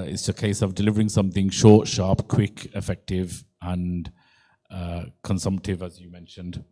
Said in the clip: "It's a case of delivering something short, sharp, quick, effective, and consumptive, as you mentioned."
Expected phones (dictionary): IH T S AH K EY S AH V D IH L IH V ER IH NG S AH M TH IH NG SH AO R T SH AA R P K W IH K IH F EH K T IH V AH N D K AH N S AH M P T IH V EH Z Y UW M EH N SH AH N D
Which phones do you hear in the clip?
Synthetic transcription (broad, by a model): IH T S AH K EY S AH V D IH L IH V ER IH NG S AH M TH IH NG SH AO T SH AA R P K W IH K IH F EH K T IH V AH N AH K AH N S AH M P T IH V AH Z Y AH M EH N SH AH N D